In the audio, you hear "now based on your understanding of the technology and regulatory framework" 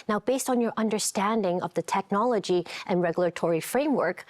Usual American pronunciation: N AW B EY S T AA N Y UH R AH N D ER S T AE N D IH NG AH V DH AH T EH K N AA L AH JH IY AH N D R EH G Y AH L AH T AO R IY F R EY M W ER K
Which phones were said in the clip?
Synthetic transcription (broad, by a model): N AW B EY S T N Y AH R AH N D ER S T AE N D IH NG AH V DH AH T EH K N AA L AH JH IY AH N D R EH G Y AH L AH T AO R IY F R EY M W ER K